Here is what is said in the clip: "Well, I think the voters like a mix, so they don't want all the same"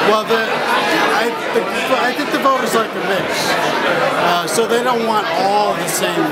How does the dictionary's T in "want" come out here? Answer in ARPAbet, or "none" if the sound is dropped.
T